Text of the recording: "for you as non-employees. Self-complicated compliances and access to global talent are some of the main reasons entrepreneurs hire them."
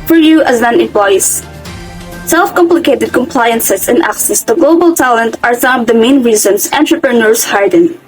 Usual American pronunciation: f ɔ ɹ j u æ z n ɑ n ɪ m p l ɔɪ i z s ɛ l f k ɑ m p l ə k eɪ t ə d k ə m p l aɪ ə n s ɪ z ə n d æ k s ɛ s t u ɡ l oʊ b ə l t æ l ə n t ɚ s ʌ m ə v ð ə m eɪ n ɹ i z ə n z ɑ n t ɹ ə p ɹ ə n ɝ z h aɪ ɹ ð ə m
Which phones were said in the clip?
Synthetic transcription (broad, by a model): f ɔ ɹ j u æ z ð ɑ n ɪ m p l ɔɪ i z s ɛ l f k ɑ m p l ə k eɪ t ə d k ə m p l aɪ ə n s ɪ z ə n æ k s ɛ s t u ɡ l oʊ b ə l t æ l ə n t ɚ s ʌ m ə v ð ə m eɪ n ɹ i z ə n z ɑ n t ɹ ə p ɹ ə n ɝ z h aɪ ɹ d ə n